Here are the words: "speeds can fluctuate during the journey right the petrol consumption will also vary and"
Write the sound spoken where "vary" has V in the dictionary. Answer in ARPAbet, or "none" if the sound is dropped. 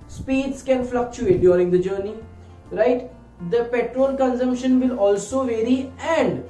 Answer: V